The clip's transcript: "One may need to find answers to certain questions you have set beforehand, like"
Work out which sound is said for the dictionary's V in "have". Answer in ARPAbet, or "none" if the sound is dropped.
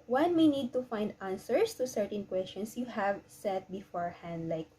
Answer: V